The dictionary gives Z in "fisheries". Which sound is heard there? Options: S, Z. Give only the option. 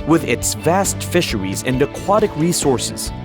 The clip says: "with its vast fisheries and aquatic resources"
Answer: Z